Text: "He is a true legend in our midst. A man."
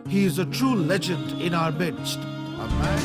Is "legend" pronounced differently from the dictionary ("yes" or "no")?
no